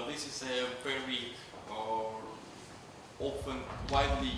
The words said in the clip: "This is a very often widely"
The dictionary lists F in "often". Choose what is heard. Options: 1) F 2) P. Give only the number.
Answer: 2